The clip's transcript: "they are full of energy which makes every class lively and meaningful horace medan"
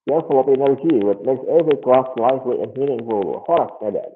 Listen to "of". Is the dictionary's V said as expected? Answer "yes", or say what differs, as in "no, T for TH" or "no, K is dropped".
no, P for V